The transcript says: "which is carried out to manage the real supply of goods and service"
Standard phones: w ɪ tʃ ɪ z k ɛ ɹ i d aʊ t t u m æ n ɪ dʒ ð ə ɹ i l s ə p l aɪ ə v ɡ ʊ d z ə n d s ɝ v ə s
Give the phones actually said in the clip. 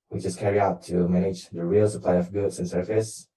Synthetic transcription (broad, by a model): w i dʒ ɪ s k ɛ ɹ i aʊ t t u m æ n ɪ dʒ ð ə ɹ i l s ə p l aɪ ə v ɡ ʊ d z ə n s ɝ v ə s